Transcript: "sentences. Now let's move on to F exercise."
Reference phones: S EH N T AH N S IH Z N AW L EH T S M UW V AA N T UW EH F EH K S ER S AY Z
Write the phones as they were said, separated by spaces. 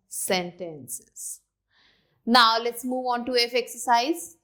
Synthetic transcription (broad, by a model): S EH N T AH N S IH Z N AW L EH T S M UW V AA N T UW EH F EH K S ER S AY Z